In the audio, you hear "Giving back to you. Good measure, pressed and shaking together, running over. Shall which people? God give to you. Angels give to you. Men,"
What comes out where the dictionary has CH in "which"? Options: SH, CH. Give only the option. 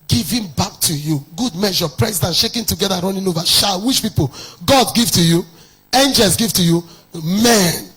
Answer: SH